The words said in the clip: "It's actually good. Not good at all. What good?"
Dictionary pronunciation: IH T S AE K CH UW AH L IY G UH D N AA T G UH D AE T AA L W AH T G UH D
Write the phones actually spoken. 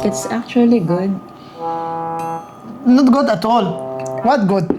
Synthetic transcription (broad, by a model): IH T S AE K CH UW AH L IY G UH D N AA T G UH D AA T AA L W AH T G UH D